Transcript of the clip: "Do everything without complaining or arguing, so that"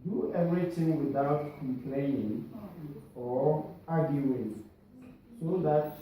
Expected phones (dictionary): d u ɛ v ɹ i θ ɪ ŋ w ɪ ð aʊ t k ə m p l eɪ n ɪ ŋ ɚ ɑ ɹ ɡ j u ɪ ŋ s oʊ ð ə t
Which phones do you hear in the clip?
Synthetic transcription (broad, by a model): d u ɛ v ɹ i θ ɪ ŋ w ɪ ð aʊ t k ə m p l eɪ n ɪ ŋ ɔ ɑ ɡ j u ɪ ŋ s oʊ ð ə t